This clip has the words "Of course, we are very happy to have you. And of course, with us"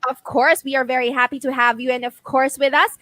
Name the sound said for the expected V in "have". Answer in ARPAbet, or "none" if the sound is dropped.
V